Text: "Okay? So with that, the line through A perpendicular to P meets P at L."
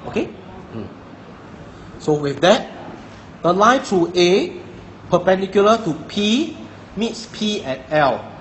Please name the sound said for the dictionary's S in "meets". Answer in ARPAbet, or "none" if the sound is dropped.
S